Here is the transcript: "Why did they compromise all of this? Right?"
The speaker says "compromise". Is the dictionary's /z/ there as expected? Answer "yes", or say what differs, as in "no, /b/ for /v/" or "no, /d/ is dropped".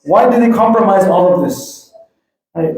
yes